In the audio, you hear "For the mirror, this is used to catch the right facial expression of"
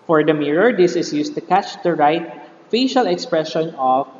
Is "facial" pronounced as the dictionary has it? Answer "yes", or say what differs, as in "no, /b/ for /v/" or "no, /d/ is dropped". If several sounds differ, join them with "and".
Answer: yes